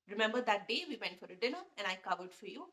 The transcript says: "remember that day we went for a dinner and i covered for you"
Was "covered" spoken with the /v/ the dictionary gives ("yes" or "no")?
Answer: yes